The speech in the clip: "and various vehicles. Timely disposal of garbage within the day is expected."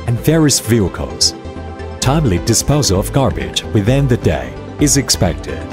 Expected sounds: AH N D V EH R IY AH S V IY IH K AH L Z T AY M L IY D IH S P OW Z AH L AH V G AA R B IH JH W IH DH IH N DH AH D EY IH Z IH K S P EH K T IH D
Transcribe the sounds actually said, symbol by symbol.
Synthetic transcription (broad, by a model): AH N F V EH R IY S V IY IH K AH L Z T AY M L IY D IH S P OW Z AH L AH V G AA R B IH JH W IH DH IH N DH AH D EY IH Z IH K S P EH K T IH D